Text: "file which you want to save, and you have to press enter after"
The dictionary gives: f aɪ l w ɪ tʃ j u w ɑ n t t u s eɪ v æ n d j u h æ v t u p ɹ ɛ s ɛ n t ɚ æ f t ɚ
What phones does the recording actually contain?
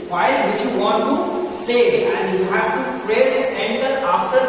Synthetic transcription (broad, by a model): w aɪ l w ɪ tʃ j u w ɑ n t t u s eɪ æ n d j u h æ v t u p ɹ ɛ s ɛ n t ɚ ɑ f t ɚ